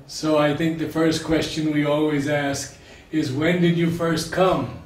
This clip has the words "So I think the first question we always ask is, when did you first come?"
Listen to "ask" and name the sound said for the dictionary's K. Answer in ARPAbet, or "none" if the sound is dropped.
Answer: K